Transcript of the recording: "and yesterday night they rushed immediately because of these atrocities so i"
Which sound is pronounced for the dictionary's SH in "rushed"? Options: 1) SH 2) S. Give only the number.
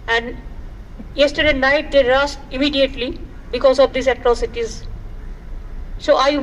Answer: 2